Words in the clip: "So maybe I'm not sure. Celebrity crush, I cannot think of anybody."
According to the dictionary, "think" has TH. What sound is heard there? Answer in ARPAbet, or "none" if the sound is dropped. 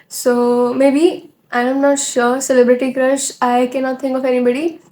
T